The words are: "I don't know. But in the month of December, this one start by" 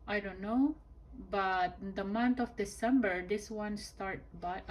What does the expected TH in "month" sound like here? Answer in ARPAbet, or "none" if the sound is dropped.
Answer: T